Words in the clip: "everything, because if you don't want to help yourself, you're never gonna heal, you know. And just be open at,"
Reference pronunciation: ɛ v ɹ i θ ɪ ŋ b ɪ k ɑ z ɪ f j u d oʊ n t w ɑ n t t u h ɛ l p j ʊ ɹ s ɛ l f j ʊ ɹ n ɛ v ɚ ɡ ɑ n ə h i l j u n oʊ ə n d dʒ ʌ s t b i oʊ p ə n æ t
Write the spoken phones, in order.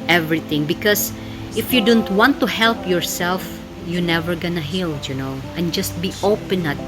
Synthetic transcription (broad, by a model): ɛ v ɹ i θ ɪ ŋ b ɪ k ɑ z ɪ f j u d oʊ n t w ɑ n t t u h ɛ l p j ʊ ɹ s ɛ l f j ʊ n ɛ v ɚ ɡ ɑ n ə h i l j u n oʊ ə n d dʒ ʌ s t b i oʊ p ə n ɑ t